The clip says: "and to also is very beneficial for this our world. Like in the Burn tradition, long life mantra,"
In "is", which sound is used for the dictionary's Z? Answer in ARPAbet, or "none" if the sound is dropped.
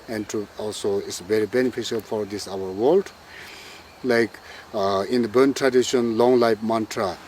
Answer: S